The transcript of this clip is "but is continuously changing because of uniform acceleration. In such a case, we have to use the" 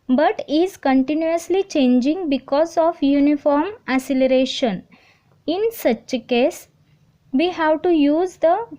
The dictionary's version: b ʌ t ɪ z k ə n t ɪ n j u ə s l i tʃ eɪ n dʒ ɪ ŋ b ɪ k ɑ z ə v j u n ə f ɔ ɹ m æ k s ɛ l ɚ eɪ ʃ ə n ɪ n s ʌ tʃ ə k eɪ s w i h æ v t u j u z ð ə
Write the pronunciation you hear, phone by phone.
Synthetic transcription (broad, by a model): b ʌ t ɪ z k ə n t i n j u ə s l i tʃ eɪ n dʒ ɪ ŋ b ɪ k ɑ z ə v j u n ə f ɔ ɹ m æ s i l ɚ eɪ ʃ ə n ɪ n s ʌ tʃ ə k eɪ s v i h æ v t u j u z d ə